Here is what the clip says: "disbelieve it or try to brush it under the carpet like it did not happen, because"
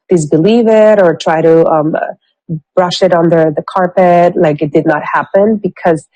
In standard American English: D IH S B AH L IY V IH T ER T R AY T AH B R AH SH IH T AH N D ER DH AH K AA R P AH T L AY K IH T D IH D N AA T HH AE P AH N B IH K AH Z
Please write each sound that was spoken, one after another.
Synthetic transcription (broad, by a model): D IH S B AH L IY V IH T ER T R AY T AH B R AH SH IH T N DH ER DH AH K AA R P AH T L AY K IH T D IH D N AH T HH AE P AH N B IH K AH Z